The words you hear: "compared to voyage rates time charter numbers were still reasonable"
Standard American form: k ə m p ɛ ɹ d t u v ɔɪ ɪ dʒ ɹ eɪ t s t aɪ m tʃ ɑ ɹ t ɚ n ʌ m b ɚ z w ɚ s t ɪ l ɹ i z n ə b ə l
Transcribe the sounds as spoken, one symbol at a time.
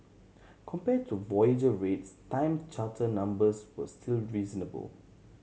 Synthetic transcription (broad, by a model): k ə m p ɛ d t u v ɔɪ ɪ dʒ ɹ eɪ t s t aɪ m tʃ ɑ t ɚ n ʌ m b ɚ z w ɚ s t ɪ l ɹ i z n ə b ə l